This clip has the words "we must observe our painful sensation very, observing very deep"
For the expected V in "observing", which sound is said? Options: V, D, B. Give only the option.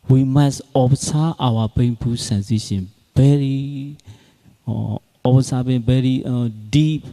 B